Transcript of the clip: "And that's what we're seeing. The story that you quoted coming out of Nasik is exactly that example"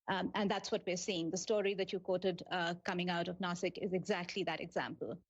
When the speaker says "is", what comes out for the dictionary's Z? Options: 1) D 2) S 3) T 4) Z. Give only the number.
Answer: 4